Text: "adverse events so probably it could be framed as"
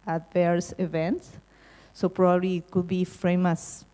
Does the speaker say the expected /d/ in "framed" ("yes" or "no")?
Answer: no